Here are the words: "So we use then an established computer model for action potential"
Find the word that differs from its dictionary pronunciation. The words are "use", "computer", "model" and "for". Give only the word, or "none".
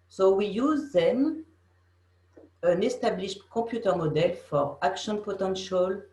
computer